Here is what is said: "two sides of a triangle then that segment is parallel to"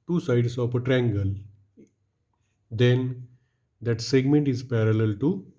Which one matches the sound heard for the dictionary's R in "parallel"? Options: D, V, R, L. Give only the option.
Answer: R